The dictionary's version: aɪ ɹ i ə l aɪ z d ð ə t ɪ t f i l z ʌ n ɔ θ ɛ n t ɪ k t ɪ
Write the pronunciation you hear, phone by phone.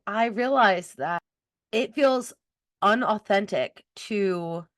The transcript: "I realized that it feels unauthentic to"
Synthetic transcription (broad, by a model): aɪ ɹ i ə l aɪ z ð ə t ɪ t f i l z ʌ n ɔ θ ɛ n t ɪ k t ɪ